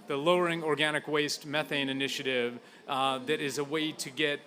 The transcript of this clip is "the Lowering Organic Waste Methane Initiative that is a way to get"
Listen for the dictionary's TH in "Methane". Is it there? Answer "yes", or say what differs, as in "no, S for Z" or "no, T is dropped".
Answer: yes